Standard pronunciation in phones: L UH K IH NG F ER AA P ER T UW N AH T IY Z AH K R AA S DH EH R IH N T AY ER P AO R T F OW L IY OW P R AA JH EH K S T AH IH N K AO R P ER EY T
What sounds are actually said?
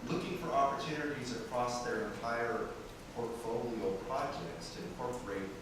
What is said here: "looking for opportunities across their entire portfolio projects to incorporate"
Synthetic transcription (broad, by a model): L UH K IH NG F ER AA P ER T UW N AH T IY Z AH K R AA S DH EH R IH N T AY ER P AO R T F OW L IY OW P R AA JH EH K S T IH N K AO R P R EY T